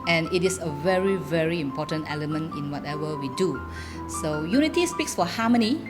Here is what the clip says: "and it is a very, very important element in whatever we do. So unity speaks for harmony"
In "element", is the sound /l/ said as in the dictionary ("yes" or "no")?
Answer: yes